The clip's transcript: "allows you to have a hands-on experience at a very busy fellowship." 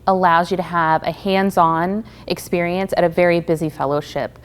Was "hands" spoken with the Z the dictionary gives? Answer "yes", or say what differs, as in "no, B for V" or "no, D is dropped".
yes